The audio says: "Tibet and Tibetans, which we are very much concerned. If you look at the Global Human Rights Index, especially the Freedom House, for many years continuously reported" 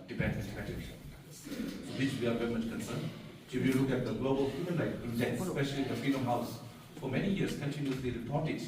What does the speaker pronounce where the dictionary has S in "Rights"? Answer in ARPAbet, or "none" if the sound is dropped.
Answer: none